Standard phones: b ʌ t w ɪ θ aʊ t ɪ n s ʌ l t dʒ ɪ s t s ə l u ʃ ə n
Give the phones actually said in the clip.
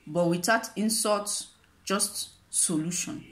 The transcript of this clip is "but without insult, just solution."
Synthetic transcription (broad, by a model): b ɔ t w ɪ t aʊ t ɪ n s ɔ t dʒ ɪ s t s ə l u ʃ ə n